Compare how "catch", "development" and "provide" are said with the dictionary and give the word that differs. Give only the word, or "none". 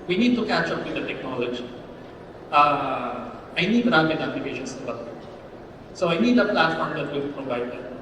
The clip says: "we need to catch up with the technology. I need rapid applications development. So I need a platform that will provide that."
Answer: development